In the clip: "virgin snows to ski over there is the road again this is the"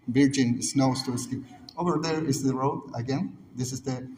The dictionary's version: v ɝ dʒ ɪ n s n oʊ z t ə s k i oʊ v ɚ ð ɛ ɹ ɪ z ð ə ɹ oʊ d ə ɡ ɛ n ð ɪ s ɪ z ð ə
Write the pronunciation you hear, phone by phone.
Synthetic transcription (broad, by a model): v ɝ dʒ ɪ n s n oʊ s t ə s k i oʊ v ɚ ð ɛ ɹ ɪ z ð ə ɹ oʊ d ə ɡ ɛ n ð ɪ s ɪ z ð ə